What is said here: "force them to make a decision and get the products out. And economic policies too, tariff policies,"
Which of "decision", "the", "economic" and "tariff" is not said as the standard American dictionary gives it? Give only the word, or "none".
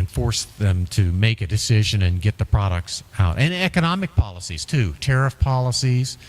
none